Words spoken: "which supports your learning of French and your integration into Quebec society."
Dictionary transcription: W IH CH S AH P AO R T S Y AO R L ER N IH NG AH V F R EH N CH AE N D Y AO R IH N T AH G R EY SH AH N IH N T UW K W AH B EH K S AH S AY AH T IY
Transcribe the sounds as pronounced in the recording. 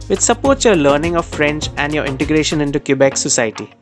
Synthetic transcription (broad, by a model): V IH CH S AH P AO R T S Y AO R L ER N IH NG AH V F R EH N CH AE N D Y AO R IH N T AH G R EY SH AH N IH N T UW K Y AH B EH K S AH S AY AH T IY